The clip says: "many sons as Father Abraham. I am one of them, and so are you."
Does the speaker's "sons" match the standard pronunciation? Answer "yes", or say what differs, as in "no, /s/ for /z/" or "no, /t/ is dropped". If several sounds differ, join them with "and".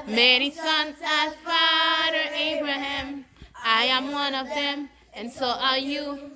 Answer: yes